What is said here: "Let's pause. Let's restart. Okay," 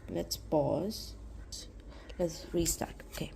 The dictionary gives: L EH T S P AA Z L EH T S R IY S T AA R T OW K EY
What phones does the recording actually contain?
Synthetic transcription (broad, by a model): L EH T S B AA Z L EH T S R IY S T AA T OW K EY